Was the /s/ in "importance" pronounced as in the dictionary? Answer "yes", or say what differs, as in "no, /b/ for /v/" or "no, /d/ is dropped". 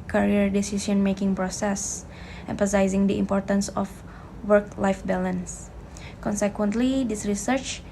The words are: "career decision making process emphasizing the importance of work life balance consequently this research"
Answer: yes